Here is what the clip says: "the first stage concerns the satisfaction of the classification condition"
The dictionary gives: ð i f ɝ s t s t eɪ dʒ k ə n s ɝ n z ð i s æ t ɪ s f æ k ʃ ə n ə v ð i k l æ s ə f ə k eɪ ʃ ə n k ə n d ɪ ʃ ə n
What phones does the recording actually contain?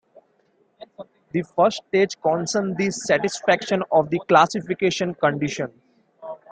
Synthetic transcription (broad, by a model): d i f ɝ t s t eɪ dʒ k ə n s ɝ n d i s æ t ɪ s f æ k ʃ ə n ə v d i k l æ s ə f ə k eɪ ʃ ə n k ə n d ɪ ʃ ə n